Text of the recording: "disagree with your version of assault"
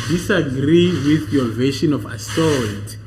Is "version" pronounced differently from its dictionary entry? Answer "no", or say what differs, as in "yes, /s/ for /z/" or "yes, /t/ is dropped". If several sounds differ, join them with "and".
yes, /ʃ/ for /ʒ/